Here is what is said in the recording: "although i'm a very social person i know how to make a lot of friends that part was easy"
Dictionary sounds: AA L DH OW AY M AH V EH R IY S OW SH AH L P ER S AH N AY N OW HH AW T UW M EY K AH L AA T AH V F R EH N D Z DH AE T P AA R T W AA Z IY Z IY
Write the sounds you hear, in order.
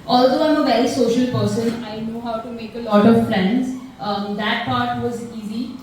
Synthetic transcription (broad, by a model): AA L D OW AY M AH V EH R IY S OW SH AH L P ER S AH N AY N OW HH AW T UW M EY K AH L AA T AH V F R EH N D Z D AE T P AA R T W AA Z IY Z IY